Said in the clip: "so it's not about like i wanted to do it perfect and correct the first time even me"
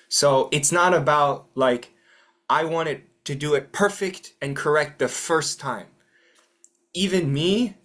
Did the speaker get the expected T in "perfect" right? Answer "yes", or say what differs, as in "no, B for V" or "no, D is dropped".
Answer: yes